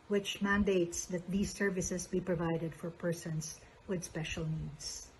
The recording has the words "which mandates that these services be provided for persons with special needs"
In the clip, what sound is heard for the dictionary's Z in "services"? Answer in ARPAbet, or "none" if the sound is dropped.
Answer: S